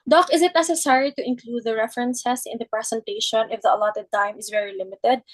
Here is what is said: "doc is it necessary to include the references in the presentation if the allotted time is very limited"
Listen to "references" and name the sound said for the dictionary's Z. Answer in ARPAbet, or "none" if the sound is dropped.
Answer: S